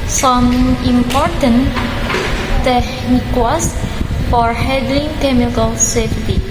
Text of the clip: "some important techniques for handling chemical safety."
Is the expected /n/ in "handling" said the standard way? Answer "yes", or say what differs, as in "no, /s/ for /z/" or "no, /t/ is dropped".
no, /n/ is dropped